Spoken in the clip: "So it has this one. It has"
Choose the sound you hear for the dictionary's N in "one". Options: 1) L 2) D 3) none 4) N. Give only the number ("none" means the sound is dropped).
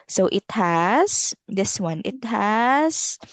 4